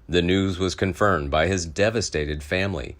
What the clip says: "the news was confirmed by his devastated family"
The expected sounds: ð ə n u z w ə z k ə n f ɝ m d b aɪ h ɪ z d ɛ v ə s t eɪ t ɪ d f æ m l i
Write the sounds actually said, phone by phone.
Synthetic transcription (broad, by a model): ð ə n u z w ə z k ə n f ɝ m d b aɪ ɪ z d ɛ v ə s t eɪ t ɪ d f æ m l i